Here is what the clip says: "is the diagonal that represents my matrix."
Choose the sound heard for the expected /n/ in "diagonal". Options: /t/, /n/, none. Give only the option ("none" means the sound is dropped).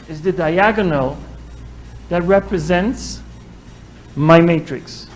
/n/